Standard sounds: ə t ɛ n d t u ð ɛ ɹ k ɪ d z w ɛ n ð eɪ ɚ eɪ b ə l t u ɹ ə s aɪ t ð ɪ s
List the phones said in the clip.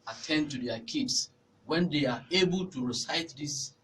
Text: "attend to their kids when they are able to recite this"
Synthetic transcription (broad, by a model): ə t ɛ n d t u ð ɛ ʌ k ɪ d s w ɛ n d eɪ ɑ eɪ b ə l t u ɹ ə s aɪ t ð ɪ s